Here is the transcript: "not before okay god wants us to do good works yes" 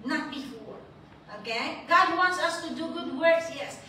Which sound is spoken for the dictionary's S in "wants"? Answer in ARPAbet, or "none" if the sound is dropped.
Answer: S